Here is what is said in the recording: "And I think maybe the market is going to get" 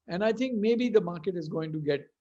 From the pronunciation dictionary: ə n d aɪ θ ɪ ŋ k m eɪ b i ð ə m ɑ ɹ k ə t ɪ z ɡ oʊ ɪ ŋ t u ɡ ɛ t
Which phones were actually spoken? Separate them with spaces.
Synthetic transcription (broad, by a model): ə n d aɪ t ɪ ŋ k m eɪ b i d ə m ɑ ɹ k ə t ɪ z ɡ oʊ ɪ ŋ t u ɡ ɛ t